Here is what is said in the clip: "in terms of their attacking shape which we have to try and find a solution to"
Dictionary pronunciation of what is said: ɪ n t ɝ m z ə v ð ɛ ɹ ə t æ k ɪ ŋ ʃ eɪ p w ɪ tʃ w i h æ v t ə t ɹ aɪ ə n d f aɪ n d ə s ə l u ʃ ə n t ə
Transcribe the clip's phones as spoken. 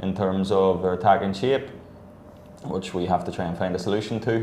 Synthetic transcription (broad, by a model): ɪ n t ɝ m z ə v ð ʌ ɹ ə t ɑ k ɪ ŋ ʃ eɪ p w ɪ tʃ w i h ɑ f t ə t ɹ aɪ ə n f aɪ n d ə s ə l u ʃ ə n t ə